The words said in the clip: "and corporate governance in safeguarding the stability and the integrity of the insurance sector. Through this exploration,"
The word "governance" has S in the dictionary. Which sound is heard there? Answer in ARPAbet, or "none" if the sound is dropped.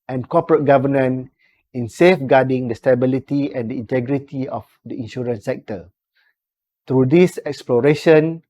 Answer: none